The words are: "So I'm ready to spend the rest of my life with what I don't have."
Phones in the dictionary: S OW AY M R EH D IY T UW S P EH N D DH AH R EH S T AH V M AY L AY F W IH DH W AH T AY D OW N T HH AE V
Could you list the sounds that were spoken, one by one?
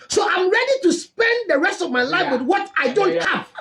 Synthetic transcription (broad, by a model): S OW AY M R EH D IY T UW S P EH N D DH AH R EH S T AH V M AY L AY F W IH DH W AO T AY D OW N T HH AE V